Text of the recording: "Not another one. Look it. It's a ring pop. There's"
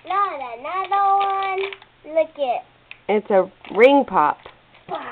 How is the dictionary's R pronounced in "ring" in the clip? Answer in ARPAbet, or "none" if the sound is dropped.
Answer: R